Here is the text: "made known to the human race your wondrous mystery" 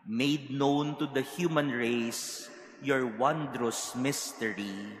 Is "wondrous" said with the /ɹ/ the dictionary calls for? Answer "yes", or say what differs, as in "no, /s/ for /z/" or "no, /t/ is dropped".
yes